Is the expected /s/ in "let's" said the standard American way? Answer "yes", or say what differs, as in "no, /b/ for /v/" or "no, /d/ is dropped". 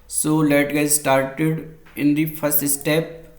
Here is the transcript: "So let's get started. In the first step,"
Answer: no, /s/ is dropped